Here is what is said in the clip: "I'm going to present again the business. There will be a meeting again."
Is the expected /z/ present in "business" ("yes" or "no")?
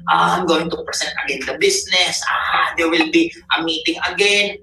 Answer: no